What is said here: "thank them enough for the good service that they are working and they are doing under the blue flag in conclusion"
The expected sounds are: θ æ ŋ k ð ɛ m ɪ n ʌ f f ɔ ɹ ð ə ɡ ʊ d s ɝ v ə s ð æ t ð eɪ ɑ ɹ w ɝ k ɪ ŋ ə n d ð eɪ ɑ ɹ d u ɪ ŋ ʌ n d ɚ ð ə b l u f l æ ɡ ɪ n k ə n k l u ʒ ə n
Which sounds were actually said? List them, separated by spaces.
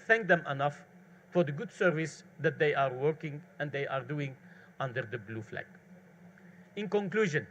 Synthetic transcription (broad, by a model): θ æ ŋ k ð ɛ m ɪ n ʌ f f ɔ ɹ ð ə ɡ ʊ d s ɝ v ə s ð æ t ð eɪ ɑ ɹ w ɝ k ɪ ŋ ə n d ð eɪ ɑ ɹ d u ɪ ŋ ʌ n d ɚ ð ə b l u f l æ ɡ ɪ n k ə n k l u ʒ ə n